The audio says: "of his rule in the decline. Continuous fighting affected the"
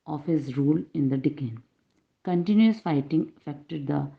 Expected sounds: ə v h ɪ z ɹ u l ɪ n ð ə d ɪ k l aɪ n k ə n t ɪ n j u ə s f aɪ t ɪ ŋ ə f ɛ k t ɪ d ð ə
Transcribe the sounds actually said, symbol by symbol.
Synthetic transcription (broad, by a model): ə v h ɪ z ɹ u l ɪ n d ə d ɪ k ɛ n k ə n t ɪ n j u ə s f aɪ t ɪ ŋ ə f ɛ k t ɪ d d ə